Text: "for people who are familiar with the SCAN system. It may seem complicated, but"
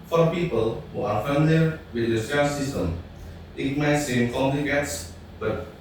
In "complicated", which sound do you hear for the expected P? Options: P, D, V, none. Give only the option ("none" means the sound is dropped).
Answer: none